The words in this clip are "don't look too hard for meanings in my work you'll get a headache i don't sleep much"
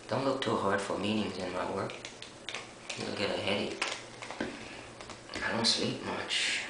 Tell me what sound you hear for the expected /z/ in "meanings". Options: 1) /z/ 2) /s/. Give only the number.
1